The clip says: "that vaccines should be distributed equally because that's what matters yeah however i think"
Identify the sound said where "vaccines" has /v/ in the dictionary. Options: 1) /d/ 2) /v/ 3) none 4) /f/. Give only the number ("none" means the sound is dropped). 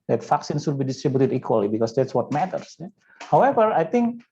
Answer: 4